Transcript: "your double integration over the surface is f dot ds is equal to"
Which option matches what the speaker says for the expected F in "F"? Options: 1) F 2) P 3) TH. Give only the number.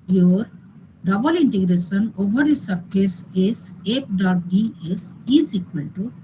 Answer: 2